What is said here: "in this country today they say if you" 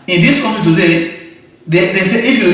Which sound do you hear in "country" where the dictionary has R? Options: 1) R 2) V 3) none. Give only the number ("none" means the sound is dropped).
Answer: 3